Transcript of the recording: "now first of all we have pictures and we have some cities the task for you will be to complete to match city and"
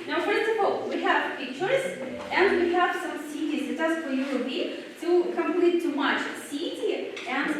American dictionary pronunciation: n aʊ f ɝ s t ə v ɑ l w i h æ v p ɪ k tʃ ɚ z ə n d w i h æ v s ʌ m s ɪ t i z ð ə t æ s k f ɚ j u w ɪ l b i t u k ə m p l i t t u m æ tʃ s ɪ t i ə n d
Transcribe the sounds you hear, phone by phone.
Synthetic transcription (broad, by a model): n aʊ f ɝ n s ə p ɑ l w i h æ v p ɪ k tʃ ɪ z ə n d w i h æ v s ʌ m s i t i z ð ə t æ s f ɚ j u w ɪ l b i t u k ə m p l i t t u m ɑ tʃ s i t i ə n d